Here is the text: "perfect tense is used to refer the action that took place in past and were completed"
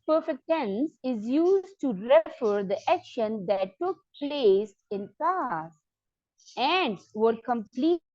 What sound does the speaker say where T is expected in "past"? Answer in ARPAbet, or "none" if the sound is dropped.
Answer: none